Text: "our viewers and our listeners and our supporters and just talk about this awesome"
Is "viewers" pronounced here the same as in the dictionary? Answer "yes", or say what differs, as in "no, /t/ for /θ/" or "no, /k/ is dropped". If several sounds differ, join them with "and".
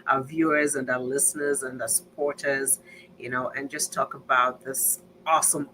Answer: yes